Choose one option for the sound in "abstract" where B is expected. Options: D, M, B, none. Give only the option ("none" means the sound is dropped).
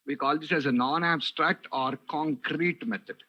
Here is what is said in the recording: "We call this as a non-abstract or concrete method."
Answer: B